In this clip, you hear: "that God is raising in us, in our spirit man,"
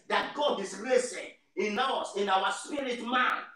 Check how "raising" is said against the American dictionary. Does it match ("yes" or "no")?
no